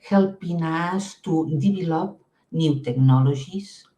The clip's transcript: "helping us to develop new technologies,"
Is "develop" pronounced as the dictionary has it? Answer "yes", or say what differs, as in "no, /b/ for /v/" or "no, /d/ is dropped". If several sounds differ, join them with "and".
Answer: no, /b/ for /v/